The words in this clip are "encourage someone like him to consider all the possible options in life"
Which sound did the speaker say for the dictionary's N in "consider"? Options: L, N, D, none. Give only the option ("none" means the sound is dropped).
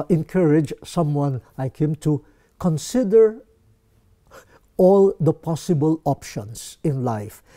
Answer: N